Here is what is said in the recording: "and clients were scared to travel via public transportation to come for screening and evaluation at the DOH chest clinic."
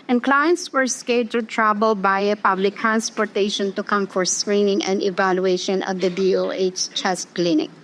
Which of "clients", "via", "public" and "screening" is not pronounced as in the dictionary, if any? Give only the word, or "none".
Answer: via